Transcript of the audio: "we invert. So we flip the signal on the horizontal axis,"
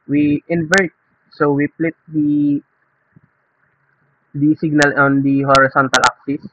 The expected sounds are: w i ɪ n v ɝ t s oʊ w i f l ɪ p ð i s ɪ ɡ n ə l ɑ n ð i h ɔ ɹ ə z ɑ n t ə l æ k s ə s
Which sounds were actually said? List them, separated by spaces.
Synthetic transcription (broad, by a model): w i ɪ n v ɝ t s oʊ w i p l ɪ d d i s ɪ ɡ n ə l ɑ n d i h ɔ ɹ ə s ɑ n t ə l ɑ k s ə s